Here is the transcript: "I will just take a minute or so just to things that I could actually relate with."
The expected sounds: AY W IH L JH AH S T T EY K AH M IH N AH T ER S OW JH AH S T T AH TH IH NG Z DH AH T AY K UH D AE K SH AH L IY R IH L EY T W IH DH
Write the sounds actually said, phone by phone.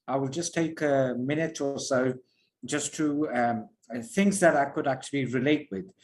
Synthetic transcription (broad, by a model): AY W IH L JH AH S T T EY K AH M IH N AH T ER S OW JH AH S T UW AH TH IH NG Z DH AH T AY K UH D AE K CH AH L IY R IH L EY T W IH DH